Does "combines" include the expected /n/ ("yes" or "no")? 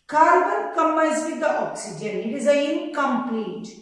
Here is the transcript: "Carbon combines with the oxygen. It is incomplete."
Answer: no